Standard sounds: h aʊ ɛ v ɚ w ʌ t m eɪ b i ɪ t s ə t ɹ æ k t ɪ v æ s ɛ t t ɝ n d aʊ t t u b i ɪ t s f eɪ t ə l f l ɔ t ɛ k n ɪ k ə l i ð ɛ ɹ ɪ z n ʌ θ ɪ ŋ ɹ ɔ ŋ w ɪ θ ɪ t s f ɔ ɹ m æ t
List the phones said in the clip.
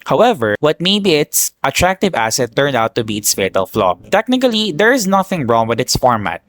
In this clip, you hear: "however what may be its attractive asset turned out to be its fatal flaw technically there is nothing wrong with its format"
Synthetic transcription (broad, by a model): h aʊ ɛ v ɚ w ʌ t m eɪ b i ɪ t s ə t ɹ æ k t ɪ v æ s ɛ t t ɝ n d aʊ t t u b i ɪ t s f eɪ t ə l f l ɔ t ɛ k n ɪ k ə l i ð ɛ ɹ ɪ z n ʌ θ ɪ ŋ ɹ ɔ ŋ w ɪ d ɪ t s f ɔ ɹ m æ t